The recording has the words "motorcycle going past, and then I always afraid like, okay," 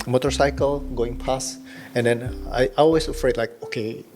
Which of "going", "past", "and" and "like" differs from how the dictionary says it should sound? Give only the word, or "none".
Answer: past